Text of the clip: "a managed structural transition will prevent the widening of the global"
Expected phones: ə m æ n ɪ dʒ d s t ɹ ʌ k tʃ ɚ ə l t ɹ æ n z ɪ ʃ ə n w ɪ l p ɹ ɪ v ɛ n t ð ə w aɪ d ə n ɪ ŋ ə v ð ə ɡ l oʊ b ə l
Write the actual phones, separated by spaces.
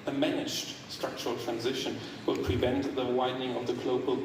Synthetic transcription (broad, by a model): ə m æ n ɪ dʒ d s t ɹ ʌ k tʃ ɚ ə l t ɹ æ n z ɪ ʃ ə n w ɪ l p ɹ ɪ v ɛ n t ð ə w aɪ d n ɪ ŋ ə v ð ə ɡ l oʊ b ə l